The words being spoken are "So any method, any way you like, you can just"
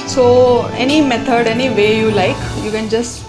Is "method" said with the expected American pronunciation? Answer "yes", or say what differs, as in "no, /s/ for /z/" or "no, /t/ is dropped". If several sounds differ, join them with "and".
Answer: no, /t/ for /θ/